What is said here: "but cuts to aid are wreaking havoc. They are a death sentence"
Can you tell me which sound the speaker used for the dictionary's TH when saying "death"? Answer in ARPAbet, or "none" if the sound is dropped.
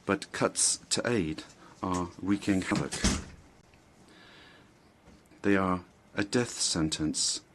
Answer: TH